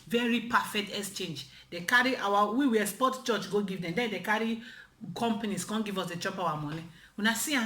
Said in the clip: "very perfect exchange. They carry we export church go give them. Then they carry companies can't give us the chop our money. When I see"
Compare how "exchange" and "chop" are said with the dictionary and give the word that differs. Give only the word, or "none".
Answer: none